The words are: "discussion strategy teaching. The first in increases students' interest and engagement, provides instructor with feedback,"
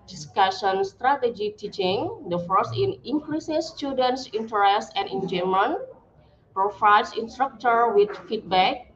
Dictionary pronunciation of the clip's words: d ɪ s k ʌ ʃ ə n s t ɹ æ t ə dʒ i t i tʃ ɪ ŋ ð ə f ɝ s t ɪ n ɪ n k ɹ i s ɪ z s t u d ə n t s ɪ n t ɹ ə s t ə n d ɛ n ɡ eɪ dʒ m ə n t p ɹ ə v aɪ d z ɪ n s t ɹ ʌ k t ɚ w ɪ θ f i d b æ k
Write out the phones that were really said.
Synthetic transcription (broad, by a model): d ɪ s k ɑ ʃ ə n s t ɹ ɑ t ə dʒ i t i tʃ ɪ ŋ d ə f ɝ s ɪ n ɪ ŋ k ɹ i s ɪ s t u d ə n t s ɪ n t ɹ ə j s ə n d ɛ n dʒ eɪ m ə n p ɹ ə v aɪ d s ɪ n s t ɹ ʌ k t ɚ w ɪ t f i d b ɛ k